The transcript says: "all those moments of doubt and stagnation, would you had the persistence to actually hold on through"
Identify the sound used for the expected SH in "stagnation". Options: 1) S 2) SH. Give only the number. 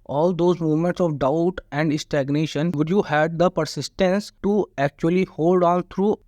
2